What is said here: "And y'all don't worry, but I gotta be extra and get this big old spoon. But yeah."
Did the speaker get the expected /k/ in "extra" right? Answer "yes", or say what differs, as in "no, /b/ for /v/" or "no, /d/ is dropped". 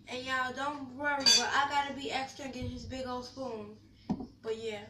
yes